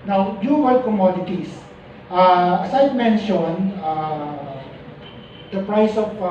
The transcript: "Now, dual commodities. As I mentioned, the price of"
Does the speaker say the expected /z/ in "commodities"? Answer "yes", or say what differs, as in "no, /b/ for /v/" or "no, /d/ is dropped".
no, /s/ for /z/